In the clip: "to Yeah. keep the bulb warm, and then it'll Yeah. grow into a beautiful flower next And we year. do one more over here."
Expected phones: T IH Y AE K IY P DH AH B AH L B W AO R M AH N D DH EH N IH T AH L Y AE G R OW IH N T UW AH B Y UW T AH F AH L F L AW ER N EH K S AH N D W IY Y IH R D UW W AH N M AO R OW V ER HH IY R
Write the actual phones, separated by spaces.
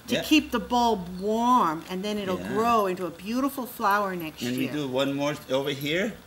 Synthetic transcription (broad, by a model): T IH K IY P DH AH B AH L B W AO R M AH N DH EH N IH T L G R OW IH N T UW AH B Y UW T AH F L F L AW ER N EH K S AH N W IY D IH W AH N M AO R OW V ER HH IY R